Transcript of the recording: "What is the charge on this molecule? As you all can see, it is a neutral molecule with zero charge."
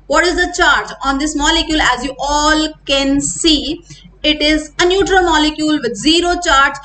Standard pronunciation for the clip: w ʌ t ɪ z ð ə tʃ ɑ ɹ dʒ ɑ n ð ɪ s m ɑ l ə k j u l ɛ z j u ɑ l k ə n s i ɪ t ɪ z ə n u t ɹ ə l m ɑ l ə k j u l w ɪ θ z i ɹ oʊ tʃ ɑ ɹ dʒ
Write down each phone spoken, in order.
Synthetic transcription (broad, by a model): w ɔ t ɪ z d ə tʃ ɑ ɹ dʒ ɑ n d ɪ s m ɑ l ə k j u l ɛ z j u ɑ l k ə n s i ɪ t ɪ z ə n u t ɹ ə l m ɑ l ə k j u l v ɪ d z i ɹ oʊ tʃ ɑ ɹ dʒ